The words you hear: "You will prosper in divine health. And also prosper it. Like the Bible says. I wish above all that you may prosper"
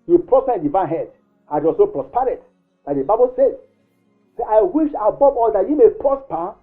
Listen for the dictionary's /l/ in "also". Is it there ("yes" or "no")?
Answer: no